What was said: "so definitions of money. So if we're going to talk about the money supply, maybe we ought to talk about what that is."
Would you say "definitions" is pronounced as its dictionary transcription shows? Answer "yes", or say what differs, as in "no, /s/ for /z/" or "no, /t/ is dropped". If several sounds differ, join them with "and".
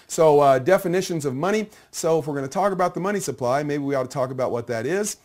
yes